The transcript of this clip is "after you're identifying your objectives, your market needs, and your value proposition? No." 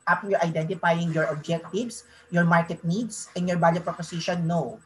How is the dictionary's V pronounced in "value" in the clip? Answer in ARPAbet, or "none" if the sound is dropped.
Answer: B